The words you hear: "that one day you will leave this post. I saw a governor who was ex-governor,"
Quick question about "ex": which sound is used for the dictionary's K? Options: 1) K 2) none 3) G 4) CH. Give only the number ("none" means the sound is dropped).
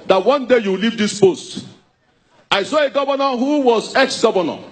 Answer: 1